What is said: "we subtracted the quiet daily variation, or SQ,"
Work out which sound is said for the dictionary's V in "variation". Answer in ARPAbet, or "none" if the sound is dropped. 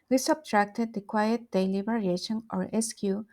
B